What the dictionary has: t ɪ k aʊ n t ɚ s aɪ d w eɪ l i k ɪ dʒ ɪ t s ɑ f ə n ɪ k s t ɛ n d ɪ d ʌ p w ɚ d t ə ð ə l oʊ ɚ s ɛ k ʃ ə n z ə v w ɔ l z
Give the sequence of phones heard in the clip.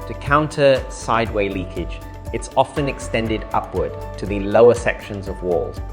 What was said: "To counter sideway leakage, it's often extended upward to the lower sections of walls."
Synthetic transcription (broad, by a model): t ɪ k aʊ n t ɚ s aɪ d w eɪ l i k ɪ dʒ ɪ t s ɑ f ə n ɪ k s t ɛ n d ɪ d ʌ p w ɚ d t ə ð ə l oʊ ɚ s ɛ k ʃ ə n z ə v w ɔ l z